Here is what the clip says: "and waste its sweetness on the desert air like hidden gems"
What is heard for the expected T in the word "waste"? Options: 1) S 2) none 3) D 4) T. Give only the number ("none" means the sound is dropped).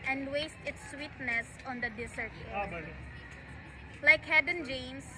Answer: 4